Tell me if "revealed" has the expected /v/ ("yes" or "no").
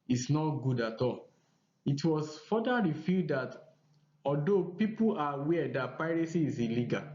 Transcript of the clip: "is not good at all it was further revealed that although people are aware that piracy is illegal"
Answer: no